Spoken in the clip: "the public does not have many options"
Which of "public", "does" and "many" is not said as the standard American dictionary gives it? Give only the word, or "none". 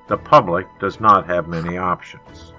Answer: none